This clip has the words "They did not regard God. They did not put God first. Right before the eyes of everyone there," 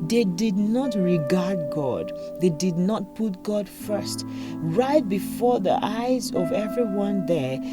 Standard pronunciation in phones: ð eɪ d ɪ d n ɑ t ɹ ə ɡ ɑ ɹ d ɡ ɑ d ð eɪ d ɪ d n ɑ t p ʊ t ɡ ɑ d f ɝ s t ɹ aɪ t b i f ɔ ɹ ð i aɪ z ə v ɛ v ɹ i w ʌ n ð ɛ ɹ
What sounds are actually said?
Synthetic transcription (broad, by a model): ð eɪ d ɪ d n ɑ t ɹ ə ɡ ɑ ɹ d ɡ ɑ d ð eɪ d ɪ d n ɑ t p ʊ t ɡ ɑ d f ɝ s t ɹ aɪ t b i f ɔ ɹ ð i aɪ z ə v ɛ v ɹ i w ʌ n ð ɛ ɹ